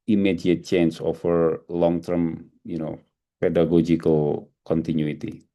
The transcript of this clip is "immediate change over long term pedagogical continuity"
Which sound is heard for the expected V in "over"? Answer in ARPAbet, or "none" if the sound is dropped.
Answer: F